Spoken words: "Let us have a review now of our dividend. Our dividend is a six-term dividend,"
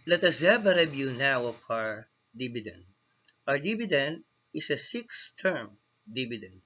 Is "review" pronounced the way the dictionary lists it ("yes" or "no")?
no